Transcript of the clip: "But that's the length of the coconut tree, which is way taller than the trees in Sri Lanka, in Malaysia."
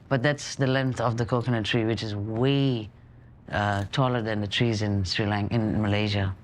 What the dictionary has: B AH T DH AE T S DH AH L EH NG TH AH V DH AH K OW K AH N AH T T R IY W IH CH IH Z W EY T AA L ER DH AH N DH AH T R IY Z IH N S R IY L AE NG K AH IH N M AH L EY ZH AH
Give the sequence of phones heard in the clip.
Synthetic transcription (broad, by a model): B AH T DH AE T S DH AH L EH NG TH AH V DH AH K OW K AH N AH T T R IY W IH CH IH Z W EY T AA L ER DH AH N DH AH T R IY Z IH N S R IY L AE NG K IH N M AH L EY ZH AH